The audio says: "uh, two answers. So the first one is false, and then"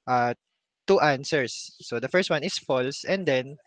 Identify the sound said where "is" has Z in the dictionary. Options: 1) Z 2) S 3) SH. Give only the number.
2